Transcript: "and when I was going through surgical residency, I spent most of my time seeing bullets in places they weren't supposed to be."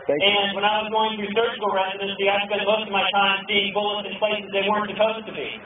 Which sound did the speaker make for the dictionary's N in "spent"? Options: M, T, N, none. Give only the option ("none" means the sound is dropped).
none